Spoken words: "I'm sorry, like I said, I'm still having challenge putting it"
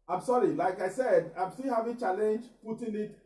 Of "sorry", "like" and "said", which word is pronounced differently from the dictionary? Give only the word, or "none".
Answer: none